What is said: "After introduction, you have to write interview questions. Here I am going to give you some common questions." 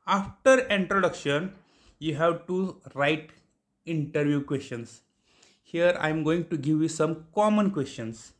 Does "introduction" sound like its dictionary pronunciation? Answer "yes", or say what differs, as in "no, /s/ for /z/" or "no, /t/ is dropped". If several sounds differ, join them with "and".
yes